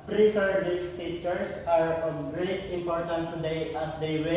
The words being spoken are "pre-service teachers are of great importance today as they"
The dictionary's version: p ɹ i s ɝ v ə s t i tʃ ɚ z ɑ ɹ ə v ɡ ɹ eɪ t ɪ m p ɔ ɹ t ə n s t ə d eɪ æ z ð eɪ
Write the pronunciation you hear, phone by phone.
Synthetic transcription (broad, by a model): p ɹ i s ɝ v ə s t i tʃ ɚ s ɑ ɹ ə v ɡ ɹ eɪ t ɪ m p ɔ ɹ t ə n s t ə d eɪ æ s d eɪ